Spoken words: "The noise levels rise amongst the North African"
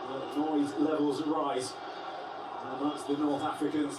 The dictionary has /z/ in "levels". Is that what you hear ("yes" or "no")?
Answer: yes